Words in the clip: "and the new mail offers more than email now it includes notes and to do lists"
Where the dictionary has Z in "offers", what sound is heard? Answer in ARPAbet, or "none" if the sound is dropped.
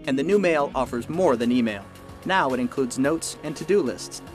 Z